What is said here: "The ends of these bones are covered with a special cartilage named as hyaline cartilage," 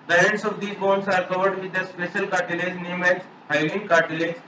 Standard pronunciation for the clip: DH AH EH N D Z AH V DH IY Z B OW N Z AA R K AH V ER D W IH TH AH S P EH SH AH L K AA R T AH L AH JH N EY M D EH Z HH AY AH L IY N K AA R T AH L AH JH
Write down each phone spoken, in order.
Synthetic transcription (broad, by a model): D AH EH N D S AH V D IY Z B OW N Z AA R K AH V ER D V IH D AH S P EH SH AH L K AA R T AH L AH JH N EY M EH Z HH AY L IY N K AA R T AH L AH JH